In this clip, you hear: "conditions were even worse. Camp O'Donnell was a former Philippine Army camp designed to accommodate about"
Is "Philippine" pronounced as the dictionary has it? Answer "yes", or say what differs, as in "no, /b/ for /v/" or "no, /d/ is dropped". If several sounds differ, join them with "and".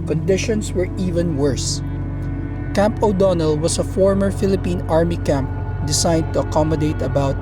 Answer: yes